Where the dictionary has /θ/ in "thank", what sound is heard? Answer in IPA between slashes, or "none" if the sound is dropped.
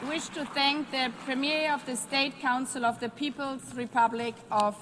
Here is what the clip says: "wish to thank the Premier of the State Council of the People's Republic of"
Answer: /θ/